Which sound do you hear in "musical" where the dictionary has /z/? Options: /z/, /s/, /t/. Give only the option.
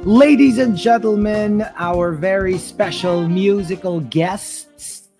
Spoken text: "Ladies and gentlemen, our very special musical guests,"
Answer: /z/